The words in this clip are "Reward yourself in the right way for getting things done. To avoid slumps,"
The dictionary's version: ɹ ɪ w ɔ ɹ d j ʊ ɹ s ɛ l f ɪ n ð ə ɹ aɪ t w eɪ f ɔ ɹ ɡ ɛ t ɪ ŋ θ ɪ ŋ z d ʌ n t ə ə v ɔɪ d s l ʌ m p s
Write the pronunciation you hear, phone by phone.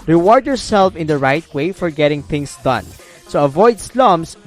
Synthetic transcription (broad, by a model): ɹ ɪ w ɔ ɹ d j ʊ ɹ s ɛ l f ɪ n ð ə ɹ aɪ t w eɪ f ɔ ɹ ɡ ɛ t ɪ ŋ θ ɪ ŋ s d ʌ n s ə ə v ɔɪ d s l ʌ m s